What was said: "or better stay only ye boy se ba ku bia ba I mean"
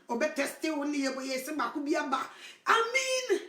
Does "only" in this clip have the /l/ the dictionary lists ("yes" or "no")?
no